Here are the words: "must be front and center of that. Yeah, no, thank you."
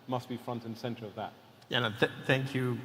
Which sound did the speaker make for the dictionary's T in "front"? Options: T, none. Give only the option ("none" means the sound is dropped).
T